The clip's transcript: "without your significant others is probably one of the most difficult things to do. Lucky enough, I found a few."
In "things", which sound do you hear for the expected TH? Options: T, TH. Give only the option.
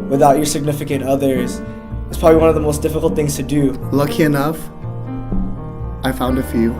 TH